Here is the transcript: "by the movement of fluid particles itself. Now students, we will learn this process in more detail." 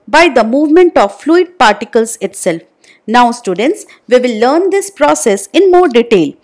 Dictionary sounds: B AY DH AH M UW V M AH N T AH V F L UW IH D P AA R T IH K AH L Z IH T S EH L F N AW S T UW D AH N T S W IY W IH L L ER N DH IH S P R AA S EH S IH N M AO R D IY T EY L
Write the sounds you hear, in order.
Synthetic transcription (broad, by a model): B AY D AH M UW V M AH N T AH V F L UW IH D P AA R T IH K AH L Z IH T S EH L F N AW S T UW D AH N T S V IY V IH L L ER N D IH S P R AA S EH S IH N M AO R D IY T EY L